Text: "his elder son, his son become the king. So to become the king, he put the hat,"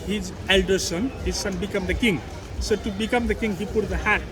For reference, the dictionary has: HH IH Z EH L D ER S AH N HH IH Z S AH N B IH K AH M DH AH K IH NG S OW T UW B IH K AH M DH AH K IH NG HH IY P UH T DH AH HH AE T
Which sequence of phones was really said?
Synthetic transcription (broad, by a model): HH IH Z EH L D ER S AH N HH IH Z S AH N B IH K AH M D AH K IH NG S OW T UW B IH K AH M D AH K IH NG HH IY P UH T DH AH HH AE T